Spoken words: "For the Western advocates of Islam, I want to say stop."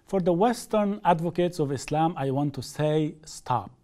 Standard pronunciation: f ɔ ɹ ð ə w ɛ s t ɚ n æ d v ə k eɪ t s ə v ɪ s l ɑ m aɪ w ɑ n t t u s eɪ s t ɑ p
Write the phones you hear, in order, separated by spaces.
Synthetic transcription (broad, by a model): f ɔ ɹ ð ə w ɛ s t ɚ n æ d v ə k eɪ t s ə v ɪ s l ɑ m aɪ w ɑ n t t u s eɪ s t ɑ p